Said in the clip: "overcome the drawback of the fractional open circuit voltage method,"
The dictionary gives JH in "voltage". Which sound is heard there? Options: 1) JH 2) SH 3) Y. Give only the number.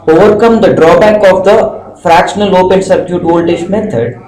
2